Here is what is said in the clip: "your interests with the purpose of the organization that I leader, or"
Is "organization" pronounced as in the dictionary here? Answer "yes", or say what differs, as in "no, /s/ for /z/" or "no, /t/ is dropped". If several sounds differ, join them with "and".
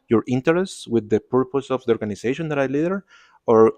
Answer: no, /s/ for /z/